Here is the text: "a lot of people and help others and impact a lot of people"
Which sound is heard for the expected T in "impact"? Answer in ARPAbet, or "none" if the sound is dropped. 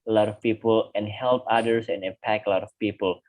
none